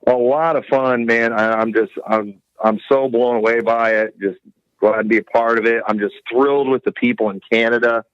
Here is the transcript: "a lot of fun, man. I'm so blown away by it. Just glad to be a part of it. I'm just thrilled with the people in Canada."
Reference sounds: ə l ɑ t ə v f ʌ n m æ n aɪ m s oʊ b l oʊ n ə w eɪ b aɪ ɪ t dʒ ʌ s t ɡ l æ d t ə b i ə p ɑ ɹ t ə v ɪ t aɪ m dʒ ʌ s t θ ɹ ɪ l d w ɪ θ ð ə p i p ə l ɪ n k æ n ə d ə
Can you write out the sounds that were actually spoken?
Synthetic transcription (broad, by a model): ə l ɑ t ə v f ʌ n m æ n aɪ m s oʊ b l oʊ n ə w eɪ b aɪ ɪ t dʒ ʌ s t ɡ l æ d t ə b i ə p ɑ ɹ t ə v ɪ t aɪ m dʒ ʌ s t θ ɹ ɪ l d w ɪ ð ə p i p l ɪ n k æ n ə d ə